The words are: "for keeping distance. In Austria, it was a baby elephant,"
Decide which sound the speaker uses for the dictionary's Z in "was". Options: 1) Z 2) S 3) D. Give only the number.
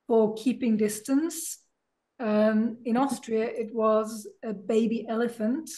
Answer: 1